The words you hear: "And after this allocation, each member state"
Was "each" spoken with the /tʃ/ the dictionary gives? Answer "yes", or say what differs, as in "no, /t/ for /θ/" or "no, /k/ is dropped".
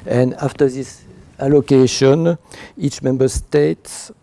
yes